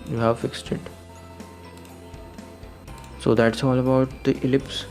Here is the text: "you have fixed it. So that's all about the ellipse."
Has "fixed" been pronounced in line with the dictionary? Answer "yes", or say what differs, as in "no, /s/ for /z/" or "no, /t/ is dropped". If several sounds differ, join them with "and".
yes